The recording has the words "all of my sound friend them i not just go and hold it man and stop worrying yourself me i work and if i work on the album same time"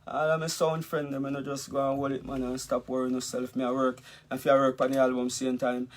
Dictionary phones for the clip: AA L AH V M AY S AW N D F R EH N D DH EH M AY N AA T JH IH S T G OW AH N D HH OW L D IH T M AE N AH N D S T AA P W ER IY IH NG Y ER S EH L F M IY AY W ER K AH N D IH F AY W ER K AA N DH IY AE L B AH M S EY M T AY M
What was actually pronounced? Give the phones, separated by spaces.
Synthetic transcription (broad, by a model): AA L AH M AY S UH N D F R EH N D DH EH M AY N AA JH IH S G OW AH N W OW L IH T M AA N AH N S T AA P W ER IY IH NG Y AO S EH L F M IY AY W ER K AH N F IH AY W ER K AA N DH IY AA L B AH M S EY M T AY M